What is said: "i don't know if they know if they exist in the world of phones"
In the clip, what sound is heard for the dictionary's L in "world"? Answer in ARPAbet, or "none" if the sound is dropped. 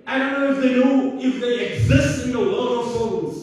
none